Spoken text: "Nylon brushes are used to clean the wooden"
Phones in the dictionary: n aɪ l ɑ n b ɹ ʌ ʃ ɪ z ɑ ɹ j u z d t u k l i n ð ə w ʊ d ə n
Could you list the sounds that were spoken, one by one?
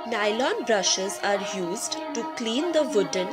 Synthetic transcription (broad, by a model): n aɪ l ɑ n b ɹ ʌ ʃ ɪ z ɑ ɹ j u z d t u k l i n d ə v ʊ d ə n